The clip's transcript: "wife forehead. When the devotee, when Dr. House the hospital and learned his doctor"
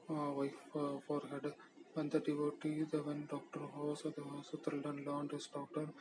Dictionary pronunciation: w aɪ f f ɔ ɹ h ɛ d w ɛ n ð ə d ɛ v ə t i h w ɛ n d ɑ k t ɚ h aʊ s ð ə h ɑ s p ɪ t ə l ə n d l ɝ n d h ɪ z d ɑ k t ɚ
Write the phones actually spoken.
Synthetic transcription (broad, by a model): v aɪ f f ɔ ɹ h ɛ d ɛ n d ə d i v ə t i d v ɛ n d ɑ k t ɚ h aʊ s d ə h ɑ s ʊ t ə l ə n l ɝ n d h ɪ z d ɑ k t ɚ